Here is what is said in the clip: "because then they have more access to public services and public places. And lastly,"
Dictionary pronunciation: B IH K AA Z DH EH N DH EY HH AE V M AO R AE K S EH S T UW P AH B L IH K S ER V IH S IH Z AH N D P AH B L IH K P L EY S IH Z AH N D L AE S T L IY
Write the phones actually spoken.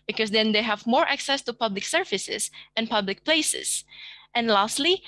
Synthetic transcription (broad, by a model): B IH K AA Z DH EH N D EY HH AE V M AO R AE K S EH S T UW P AH B L IH K S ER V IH S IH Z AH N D P AH B L IH K P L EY S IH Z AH N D L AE S T L IY